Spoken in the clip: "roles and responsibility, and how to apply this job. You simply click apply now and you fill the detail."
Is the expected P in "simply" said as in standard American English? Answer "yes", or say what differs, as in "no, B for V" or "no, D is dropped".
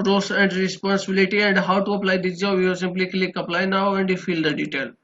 yes